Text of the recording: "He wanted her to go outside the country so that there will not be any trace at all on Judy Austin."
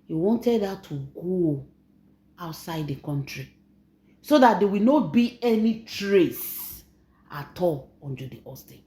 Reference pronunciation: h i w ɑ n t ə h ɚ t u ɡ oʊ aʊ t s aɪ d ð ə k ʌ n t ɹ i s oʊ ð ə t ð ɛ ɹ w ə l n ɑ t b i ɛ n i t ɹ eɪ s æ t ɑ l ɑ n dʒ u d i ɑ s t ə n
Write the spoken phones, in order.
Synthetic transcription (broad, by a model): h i w ɑ n t ə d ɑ t u ɡ oʊ aʊ t s aɪ d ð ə k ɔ n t ɹ i s oʊ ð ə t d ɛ w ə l n ɑ t b i ɛ n i t ɹ eɪ s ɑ t ɑ l ɑ n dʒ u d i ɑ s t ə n